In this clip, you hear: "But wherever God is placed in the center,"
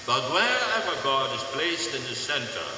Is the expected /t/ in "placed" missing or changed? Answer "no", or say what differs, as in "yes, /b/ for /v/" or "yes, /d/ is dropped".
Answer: no